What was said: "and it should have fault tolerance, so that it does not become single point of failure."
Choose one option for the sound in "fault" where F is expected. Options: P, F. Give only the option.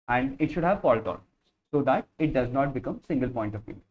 P